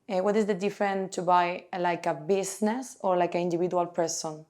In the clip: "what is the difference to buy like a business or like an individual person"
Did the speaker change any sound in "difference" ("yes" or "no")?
yes